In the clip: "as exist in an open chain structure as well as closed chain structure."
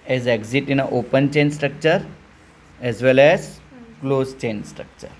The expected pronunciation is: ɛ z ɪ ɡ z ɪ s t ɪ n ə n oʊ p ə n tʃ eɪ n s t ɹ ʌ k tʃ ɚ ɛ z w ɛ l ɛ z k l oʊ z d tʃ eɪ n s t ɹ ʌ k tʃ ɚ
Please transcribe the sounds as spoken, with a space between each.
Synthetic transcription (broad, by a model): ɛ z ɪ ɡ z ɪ t ɪ n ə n oʊ p ə n tʃ eɪ n s t ɹ ʌ k tʃ ɚ ɛ z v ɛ l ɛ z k l oʊ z tʃ eɪ n s t ɹ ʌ k tʃ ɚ